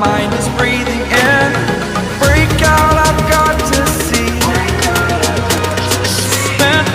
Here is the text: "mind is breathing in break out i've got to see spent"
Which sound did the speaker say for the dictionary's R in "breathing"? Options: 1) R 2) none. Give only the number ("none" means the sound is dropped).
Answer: 1